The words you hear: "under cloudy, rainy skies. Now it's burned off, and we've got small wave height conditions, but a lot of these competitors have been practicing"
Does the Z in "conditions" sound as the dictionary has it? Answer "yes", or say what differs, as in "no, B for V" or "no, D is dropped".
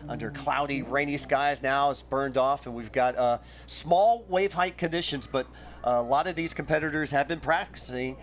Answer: yes